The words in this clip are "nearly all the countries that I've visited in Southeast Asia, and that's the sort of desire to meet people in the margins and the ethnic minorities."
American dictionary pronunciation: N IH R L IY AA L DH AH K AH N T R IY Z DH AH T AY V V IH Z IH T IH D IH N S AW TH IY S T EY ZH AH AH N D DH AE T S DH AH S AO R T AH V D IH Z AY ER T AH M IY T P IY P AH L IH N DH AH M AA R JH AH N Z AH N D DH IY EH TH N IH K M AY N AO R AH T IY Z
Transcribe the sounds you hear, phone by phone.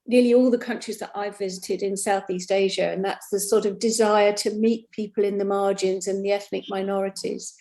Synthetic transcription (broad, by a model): N IH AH L IY AA L DH AH K AH N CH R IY Z DH AH T AY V V IH Z IH T IH D IH N S AW TH IY S T EY ZH AH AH N DH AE T S DH AH S AO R T AH V D IH Z AY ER T AH M IY T P IY P AH L IH N DH AH M AA R JH AH N Z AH N DH IY EH TH N IH K M AY N AO R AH T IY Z